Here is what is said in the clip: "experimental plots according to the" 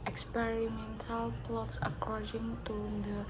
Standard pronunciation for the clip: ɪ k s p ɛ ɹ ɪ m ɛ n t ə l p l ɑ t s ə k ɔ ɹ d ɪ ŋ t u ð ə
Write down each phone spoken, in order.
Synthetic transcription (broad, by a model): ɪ k s p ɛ ɹ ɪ m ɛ n t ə l p l ɑ t s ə k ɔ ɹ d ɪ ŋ t u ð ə